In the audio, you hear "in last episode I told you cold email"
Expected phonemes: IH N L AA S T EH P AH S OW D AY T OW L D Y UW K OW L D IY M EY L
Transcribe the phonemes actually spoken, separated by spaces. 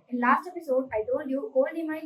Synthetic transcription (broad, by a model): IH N L AA S T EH P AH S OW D AY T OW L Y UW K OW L IY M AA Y